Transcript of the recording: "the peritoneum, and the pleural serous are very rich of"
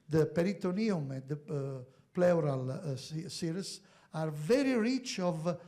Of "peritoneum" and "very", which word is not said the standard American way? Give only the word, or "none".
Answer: none